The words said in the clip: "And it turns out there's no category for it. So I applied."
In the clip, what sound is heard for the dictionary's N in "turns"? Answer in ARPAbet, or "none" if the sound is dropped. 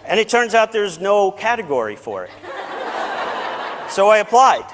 N